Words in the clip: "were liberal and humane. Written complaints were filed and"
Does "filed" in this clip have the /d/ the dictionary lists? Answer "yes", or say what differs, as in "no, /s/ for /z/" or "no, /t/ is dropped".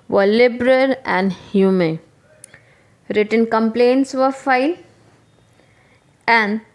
no, /d/ is dropped